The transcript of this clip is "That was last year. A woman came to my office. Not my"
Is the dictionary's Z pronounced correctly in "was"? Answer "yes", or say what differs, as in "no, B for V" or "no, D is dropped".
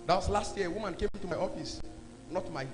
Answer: no, S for Z